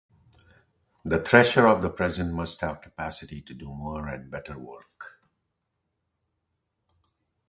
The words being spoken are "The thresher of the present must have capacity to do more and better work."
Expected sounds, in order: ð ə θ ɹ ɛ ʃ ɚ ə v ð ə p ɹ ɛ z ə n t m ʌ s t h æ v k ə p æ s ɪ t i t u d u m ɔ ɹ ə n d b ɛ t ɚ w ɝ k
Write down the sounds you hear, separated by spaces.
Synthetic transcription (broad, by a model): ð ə t ɹ ɛ ʃ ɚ ə v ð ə p ɹ ɛ z ə n t m ʌ s t h æ v k ə p æ s ɪ t i t u d u m ɔ ɹ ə n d b ɛ t ɚ w ɝ k